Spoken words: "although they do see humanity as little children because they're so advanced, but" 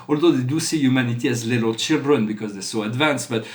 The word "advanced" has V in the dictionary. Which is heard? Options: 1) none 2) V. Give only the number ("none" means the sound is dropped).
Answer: 2